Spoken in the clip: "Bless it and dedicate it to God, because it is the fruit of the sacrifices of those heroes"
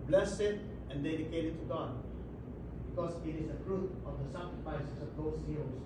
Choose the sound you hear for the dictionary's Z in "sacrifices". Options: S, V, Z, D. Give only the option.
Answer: S